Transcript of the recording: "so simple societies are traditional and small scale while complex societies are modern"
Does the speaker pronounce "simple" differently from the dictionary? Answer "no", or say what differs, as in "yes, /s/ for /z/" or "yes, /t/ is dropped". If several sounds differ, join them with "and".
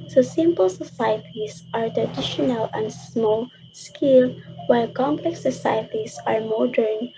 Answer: no